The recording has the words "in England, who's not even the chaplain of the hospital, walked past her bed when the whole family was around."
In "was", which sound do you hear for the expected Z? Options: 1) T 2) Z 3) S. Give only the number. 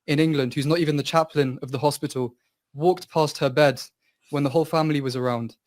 2